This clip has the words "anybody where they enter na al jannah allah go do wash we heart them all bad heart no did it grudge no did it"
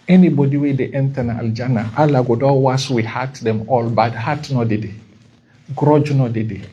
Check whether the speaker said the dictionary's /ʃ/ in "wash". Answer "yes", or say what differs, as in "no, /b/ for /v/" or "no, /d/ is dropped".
no, /s/ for /ʃ/